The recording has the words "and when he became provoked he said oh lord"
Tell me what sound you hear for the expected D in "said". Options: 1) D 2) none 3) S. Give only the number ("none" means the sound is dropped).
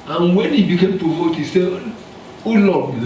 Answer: 2